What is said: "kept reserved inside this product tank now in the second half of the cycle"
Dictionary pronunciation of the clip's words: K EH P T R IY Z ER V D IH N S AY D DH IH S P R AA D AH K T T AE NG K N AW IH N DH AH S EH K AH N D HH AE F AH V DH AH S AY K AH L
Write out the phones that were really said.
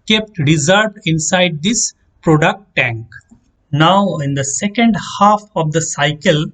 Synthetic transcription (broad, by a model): K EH P T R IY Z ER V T IH N S AY D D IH S P R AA D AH K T T AE NG K N AW IH N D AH S EH K AH N D HH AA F AH V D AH S AY K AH L